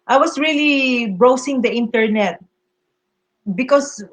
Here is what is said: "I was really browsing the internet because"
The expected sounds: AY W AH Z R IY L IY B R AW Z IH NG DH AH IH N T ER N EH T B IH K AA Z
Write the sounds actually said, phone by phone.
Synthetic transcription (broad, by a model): AY W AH S R IY L IY B R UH S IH NG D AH IH N T ER N EH T B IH K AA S